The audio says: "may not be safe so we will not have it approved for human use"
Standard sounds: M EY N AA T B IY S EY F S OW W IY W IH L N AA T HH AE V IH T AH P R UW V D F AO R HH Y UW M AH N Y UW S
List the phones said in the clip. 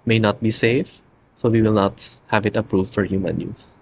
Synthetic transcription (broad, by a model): M EY N AA T B IY S EY F S OW W IY W IH L N AA T HH AE V IH T AH P R UW V D F AO R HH Y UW M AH N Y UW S